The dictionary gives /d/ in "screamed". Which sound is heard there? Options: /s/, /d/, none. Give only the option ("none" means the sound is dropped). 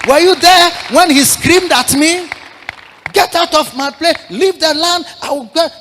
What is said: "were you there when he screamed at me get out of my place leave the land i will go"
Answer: /d/